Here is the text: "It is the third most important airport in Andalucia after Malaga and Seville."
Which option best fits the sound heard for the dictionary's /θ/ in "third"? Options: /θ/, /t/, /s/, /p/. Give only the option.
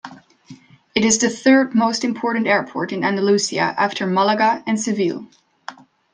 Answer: /θ/